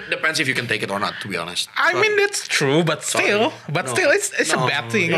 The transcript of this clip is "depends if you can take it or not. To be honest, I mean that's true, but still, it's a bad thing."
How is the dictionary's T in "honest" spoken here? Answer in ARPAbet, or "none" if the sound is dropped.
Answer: T